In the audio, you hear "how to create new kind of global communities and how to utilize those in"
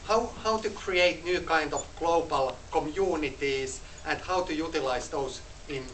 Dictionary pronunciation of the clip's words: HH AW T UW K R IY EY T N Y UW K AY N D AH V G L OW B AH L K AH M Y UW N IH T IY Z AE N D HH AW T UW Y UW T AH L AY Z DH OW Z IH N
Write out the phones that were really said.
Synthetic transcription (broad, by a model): HH AW T UW K R IY EY T N Y UW K AY N D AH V G L OW B AH L K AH M Y UW N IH T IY S AE N D HH AW T UW Y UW T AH L AY S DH OW S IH N